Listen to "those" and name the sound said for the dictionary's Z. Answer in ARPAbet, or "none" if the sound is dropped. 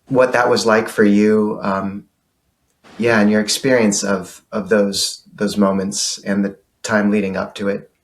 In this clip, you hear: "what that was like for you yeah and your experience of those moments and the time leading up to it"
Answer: Z